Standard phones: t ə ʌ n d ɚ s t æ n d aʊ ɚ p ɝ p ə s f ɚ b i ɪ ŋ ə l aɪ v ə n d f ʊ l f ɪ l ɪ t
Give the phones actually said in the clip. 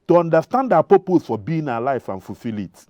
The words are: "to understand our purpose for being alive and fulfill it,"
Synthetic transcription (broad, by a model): t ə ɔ n d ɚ s t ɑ n d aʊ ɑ p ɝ p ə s f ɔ b i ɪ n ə l aɪ f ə n f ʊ l f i l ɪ t